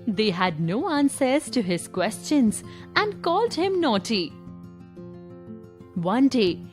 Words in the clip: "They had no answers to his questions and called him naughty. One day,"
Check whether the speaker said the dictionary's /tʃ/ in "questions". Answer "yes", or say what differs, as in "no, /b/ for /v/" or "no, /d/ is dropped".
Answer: yes